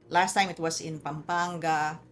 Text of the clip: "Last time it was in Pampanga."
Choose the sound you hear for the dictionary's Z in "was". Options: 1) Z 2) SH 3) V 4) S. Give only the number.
4